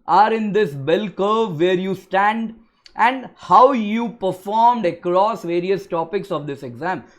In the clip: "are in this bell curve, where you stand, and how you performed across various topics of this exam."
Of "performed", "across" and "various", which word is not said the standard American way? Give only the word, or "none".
none